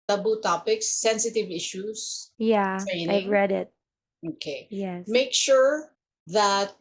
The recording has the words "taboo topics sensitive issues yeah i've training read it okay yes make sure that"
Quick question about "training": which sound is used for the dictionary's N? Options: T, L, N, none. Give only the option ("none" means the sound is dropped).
none